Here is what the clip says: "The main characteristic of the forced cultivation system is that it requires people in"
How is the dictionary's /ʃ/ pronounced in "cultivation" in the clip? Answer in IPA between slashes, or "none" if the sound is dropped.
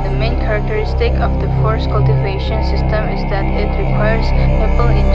/ʃ/